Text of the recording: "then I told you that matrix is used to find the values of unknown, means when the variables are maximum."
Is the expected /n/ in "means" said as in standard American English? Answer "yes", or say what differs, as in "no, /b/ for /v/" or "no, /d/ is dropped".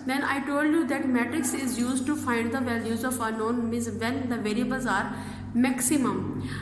no, /n/ is dropped